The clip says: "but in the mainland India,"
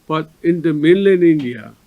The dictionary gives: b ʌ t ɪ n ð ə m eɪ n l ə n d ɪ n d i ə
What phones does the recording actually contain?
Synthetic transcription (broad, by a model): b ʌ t ɪ n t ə m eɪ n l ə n ɪ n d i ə